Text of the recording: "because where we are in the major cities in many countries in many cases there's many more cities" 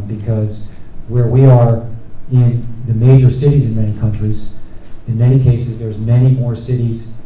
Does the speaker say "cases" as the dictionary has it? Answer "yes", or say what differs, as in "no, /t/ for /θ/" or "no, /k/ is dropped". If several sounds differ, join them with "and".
yes